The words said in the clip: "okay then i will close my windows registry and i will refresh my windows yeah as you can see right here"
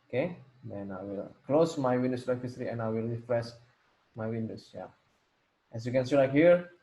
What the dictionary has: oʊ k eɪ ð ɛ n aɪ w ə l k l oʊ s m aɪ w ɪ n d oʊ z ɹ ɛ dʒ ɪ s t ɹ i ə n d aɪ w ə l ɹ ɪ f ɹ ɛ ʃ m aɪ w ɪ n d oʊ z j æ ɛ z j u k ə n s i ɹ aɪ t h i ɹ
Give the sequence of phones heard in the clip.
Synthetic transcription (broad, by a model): oʊ k eɪ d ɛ n aɪ w ə l k l oʊ s m aɪ w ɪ n d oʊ s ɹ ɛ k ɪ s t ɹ i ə n aɪ w ə l ɹ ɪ f ɹ ɛ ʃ m aɪ w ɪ n d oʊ s j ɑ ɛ s j u k ə n s i l aɪ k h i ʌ